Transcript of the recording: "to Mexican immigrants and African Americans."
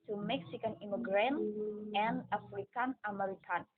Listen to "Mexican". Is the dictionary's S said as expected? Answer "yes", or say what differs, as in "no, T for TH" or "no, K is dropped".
yes